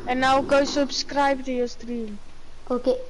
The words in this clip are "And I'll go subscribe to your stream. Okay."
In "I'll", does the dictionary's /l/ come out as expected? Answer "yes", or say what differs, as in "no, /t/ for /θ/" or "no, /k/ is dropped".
no, /w/ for /l/